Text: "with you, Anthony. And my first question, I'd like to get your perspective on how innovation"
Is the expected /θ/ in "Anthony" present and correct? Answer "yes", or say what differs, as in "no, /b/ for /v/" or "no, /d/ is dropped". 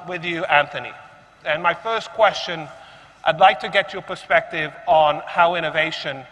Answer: yes